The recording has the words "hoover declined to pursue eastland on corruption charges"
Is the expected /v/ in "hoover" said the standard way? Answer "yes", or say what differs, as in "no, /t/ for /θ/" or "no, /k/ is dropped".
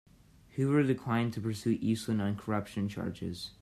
no, /w/ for /v/